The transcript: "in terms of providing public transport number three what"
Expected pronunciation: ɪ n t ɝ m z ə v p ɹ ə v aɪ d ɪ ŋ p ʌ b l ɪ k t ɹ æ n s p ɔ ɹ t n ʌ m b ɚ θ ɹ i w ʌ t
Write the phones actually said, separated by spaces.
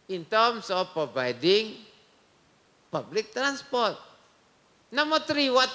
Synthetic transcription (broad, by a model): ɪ n t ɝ m s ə f p ɹ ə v aɪ d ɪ ŋ p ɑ b l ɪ k t ɹ æ n s p ɔ ɹ t n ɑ m ɔ t ɹ i w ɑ t